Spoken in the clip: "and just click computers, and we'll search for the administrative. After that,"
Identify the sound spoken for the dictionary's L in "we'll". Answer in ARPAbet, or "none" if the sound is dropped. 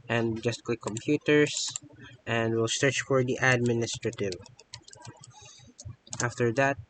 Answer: L